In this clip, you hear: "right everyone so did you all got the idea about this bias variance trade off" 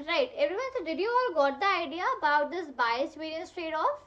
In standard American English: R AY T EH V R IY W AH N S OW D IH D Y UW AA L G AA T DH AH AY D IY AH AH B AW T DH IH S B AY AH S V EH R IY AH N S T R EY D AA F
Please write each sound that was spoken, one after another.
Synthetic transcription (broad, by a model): R AY T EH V R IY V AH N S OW D IH D Y UW AA L G AA T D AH AY D IY AH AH B AW T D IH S B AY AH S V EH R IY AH S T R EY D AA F